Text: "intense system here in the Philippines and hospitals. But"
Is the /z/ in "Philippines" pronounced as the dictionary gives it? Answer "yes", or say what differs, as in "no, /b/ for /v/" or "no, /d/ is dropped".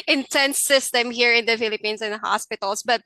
no, /s/ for /z/